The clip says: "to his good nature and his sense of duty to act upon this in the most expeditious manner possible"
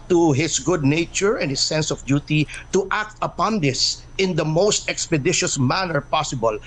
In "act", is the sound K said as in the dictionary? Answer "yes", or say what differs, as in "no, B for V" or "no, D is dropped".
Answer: yes